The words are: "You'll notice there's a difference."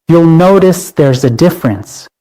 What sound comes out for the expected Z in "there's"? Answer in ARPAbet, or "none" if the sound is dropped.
Z